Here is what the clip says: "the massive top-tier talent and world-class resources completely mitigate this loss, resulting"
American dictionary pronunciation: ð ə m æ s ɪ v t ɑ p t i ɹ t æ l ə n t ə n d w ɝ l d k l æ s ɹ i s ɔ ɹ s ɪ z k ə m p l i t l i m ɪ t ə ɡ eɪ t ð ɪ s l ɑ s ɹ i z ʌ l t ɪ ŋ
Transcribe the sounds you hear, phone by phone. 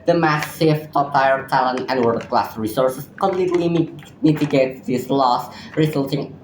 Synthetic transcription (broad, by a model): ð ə m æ s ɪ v t ɑ p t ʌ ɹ t æ l ə n t ə n d w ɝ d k l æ s ɹ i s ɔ ɹ s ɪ s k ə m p l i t l i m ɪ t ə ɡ eɪ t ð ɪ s l ɑ s ɹ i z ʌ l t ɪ ŋ